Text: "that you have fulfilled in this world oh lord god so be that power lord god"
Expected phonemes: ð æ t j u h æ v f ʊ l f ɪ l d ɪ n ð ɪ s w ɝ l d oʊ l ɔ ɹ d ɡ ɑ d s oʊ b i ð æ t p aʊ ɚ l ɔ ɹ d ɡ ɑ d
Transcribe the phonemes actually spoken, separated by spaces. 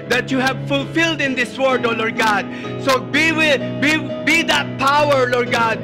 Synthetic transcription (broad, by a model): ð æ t j u h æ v f ʊ l f ɪ l d ɪ n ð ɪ s w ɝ d oʊ l ɔ ɹ d ɡ ɑ d s oʊ b i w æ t p aʊ ɚ l ɔ ɹ d ɡ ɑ d